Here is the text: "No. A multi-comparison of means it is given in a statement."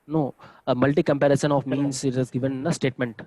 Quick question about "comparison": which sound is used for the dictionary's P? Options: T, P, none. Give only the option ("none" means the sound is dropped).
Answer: P